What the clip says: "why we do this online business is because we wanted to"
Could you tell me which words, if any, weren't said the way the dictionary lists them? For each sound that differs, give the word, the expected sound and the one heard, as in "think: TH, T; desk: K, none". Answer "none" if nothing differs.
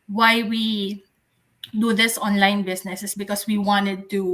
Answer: business: Z, S; is: Z, S; because: Z, S